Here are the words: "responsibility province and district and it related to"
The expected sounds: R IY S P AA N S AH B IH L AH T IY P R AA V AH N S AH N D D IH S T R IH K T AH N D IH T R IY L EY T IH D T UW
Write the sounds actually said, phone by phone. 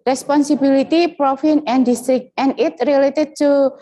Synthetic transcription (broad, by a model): R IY S P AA N S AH B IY L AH T IY P R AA F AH N AH N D D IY S T R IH K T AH N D IH T R IY L EY T IH D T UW